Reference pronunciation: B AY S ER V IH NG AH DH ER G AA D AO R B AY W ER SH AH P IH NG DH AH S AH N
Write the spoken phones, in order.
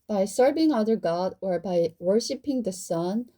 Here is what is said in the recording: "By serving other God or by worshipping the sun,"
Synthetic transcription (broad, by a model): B AY S ER V IH NG AH DH ER G AA D AO R B AY W ER SH AH P IH NG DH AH S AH N